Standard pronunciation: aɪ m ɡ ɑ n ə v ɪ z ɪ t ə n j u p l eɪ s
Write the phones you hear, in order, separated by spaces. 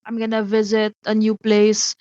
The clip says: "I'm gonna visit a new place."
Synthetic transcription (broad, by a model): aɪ m ɡ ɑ n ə v ɪ z ɪ t ə n j u p l eɪ s